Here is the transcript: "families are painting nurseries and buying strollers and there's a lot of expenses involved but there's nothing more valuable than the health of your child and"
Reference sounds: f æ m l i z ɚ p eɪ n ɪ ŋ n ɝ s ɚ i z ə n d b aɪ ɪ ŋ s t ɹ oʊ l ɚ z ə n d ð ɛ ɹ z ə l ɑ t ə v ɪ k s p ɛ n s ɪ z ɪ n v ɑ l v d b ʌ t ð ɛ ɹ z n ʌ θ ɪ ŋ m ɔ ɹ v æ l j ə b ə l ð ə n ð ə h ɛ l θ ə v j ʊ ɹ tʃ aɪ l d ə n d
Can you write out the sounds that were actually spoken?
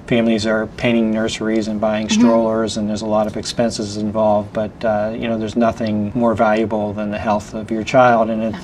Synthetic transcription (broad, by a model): f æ m l i z ɚ p eɪ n ɪ ŋ n ɝ s ɚ i z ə n b aɪ ɪ ŋ s t ɹ oʊ l ɚ z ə n ð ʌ ɹ z ə l ɑ t ə v ɪ k s p ɛ n s ɪ z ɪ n v ɑ l v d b ʌ t ð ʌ ɹ z n ʌ θ ɪ ŋ m ɔ ɹ v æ l j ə b l ð ə n ð ə h ɛ l θ ə v j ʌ ɹ tʃ aɪ l d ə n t